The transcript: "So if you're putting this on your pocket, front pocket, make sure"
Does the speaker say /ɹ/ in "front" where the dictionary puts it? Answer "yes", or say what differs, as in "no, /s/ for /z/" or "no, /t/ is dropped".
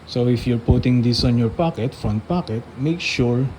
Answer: no, /ɹ/ is dropped